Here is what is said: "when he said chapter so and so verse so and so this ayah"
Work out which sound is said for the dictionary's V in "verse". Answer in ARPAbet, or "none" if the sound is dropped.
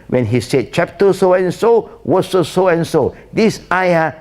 W